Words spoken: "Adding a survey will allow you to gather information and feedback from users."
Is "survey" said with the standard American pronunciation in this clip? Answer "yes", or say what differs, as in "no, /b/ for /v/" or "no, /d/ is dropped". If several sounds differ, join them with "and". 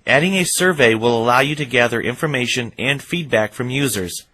yes